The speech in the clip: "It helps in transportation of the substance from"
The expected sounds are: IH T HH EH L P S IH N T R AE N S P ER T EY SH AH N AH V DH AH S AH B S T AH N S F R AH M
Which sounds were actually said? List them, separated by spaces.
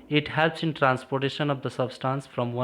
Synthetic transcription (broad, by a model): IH T HH EH L P S IH N T R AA N S P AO T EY SH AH N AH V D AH S AH B S T AH N S F R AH M